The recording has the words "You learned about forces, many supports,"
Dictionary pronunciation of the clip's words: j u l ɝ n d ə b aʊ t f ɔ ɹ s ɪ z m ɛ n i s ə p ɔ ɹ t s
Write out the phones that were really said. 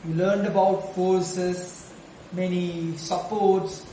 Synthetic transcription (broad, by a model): j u l ɝ n d ə b aʊ t f ɔ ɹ s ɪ s m ɛ n i s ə p ɔ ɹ t s